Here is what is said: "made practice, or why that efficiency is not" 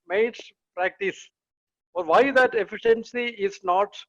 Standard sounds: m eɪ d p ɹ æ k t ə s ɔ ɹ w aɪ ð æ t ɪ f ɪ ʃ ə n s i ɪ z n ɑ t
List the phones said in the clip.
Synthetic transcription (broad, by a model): m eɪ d p ɹ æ k t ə s ɔ ɹ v aɪ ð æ t ɪ f ɪ ʃ ə n s i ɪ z n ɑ t